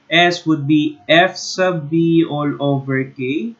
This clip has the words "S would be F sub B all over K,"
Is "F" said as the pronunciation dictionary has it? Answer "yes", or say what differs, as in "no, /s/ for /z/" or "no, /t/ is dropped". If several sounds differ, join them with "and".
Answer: yes